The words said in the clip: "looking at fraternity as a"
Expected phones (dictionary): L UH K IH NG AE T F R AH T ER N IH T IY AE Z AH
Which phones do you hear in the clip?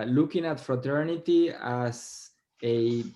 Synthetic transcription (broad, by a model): L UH K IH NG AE T F R AH T ER N IH T IY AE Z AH